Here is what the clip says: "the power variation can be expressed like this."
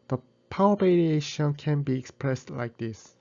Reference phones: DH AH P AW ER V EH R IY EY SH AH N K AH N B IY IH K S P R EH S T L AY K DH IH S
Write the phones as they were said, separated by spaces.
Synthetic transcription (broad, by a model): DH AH P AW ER B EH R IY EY SH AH N K AH N B IY IH K S P R EH S T L AY K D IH S